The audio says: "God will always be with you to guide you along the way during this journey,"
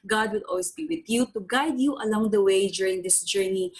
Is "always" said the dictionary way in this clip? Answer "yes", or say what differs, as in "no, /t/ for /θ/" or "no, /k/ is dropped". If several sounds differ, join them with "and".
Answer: no, /s/ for /z/